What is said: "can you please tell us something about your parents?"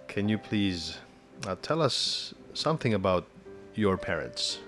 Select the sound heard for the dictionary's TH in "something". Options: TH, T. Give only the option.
TH